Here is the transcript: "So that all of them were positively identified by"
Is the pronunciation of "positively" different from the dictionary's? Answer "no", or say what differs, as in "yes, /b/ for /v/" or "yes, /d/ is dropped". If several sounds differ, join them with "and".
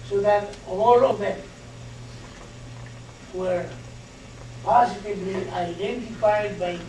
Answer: yes, /s/ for /z/ and /b/ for /v/